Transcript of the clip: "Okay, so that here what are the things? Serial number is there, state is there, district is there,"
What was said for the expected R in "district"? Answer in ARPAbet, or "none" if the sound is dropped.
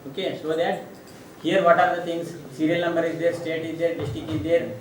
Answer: none